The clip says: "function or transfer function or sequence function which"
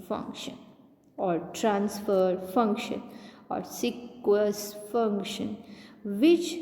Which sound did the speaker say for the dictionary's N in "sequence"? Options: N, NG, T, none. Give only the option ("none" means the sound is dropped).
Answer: none